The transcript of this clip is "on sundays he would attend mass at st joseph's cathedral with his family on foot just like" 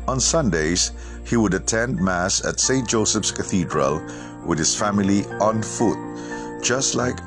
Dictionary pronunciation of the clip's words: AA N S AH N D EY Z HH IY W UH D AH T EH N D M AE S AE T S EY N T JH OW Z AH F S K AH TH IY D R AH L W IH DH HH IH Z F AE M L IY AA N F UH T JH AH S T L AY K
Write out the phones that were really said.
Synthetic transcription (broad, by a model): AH N S AH N D EY Z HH IY W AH D AH T EH N D M AE S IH T S EY N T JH OW S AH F S K AH TH IY D R AH L W IH DH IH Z F AE M L IY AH N F UH T JH AH S T L AY K